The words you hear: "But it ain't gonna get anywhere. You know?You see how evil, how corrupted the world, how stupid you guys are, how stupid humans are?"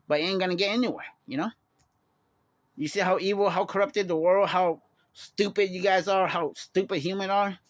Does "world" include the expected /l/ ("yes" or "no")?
yes